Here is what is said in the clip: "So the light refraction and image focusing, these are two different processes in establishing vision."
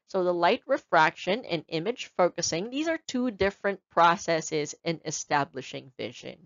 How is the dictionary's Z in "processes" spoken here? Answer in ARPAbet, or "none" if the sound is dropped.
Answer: Z